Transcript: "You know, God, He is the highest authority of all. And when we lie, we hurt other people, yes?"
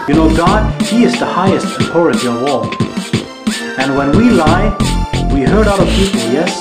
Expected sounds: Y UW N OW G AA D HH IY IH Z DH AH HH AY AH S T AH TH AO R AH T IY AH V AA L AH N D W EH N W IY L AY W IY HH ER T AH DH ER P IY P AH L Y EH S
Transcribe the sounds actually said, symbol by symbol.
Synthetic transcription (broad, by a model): Y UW N OW G AA D HH IY IH Z DH AH HH AY AH S T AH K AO R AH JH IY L W AA L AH N W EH N W IY L AY W IY HH ER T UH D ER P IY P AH L Y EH S